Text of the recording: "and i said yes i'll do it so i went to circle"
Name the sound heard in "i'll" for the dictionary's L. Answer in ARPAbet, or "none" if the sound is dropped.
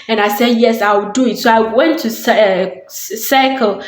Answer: W